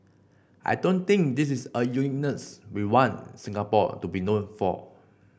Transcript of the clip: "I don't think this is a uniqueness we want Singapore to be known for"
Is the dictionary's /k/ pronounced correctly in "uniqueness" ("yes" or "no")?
no